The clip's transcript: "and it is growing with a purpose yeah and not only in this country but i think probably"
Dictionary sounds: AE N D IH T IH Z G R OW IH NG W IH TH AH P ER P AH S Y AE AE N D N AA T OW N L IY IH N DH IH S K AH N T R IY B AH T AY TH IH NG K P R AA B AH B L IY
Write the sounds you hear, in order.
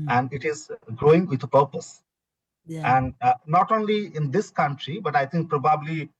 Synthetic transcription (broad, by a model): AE N D IH T IH Z G R OW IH NG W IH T AH P ER P AH S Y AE AE N D N AA T OW N L IY IH N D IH S K AH N T R IY B AH T AY T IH NG K P R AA B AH B L IY